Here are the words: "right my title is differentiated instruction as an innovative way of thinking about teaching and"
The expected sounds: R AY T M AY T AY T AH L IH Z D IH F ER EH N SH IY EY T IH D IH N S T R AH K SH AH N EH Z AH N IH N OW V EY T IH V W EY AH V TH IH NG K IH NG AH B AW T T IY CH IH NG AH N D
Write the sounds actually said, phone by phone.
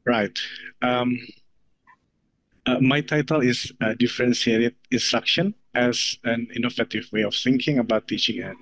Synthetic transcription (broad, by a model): R AY T M AY T AY T AH L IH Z D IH F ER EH N S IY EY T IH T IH N S T R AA K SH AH N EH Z AH N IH N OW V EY T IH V W EY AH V TH IH NG K IH NG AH B AW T T IY CH IH NG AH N